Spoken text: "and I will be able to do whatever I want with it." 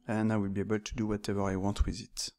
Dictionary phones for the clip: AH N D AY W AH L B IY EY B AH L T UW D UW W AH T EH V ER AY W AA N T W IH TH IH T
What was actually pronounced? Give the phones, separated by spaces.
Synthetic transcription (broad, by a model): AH N AY W AH L B IY EY B AH L T UW D UW W AH T EH V ER AY W AA N T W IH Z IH T